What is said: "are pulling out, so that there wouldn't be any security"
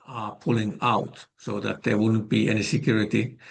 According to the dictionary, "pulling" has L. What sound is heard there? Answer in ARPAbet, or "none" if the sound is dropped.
L